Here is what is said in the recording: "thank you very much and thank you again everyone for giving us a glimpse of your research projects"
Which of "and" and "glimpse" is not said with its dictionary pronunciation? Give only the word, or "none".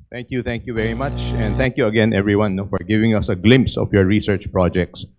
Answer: none